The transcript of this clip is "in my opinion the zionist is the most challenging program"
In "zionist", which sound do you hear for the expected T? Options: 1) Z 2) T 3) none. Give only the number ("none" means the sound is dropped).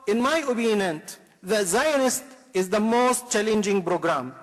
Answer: 2